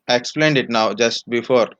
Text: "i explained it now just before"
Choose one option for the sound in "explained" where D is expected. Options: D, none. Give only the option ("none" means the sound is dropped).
D